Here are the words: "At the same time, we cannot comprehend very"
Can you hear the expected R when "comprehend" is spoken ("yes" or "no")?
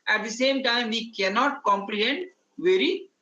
no